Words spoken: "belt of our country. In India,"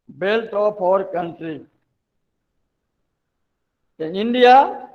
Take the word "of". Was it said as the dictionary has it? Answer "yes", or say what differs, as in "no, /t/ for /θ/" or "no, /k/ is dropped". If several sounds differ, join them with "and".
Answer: no, /p/ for /v/